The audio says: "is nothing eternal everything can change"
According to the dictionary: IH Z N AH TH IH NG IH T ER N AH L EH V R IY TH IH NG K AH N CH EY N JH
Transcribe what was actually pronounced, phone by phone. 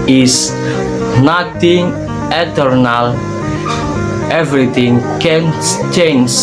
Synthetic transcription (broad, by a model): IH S N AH T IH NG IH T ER N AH L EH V R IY T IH NG K AH N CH EY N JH